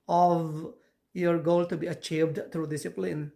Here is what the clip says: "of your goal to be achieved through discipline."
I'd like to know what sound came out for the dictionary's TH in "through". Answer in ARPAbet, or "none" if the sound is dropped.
T